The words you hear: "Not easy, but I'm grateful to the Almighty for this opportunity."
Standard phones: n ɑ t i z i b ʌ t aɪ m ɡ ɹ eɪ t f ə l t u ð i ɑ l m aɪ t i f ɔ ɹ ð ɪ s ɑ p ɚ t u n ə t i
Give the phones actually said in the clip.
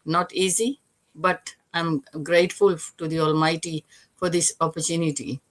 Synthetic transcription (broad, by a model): n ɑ t i z i b ʌ t aɪ m ɡ ɹ eɪ t f ə l t u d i ɑ l m aɪ t i f ɔ ɹ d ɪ s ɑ p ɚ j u n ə t i